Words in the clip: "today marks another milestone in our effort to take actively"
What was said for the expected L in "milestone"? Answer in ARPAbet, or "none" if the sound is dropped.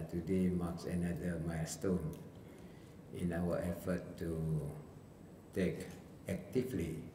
none